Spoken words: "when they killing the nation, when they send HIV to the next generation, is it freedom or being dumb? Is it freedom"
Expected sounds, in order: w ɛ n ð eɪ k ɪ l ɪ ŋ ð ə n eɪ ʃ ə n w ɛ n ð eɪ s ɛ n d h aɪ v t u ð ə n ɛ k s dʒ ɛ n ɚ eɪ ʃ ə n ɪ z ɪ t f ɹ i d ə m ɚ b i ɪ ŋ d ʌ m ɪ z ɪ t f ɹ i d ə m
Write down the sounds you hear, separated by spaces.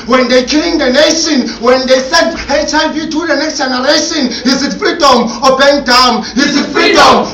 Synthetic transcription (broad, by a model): w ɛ n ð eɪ k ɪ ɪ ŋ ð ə n eɪ ʃ ə n w ɛ n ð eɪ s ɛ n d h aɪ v t u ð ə n ɛ k s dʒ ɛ n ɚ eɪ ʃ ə n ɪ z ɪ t f ɹ i d ə m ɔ b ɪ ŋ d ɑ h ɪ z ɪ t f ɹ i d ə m